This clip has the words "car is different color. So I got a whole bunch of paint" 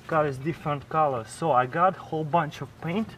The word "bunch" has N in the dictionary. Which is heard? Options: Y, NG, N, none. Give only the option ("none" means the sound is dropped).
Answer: N